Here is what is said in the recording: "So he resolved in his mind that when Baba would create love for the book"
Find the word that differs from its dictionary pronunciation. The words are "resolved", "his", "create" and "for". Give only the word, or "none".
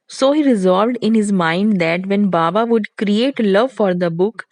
none